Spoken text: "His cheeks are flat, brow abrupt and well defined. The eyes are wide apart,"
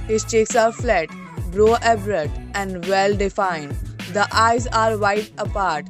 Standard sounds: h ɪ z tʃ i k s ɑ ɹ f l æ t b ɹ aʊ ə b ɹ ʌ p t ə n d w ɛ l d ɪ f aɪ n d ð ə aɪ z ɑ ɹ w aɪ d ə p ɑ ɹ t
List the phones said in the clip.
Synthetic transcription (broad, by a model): h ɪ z tʃ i k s ɑ ɹ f l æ t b ɹ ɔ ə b ɹ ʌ t ə n d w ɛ l d ɪ f aɪ n d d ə aɪ z ɑ ɹ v aɪ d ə p ɑ ɹ t